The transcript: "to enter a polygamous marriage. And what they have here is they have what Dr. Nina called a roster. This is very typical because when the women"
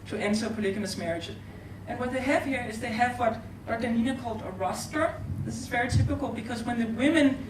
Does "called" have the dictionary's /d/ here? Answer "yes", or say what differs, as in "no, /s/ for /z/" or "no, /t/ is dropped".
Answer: yes